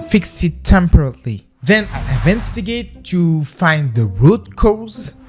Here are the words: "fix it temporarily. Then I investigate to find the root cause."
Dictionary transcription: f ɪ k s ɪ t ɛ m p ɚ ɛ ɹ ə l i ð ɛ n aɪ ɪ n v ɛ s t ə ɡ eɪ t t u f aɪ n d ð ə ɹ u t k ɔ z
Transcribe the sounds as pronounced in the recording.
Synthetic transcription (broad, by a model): f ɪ k s ɪ t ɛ m p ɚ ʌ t l i ð ɛ n aɪ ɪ v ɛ s t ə ɡ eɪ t t u f aɪ n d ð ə ɹ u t k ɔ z